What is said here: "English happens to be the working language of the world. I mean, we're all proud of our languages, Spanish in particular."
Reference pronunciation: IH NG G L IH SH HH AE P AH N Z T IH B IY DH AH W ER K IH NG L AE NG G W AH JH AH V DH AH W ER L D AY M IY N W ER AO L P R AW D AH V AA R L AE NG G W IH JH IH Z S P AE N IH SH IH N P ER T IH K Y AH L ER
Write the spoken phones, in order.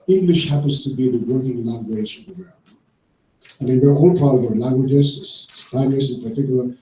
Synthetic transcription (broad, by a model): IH NG G L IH SH HH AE P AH N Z T IH B IY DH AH W ER K IH NG L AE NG G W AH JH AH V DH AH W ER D AY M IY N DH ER AO N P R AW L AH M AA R L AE NG G W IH JH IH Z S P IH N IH S IH N P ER T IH K Y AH L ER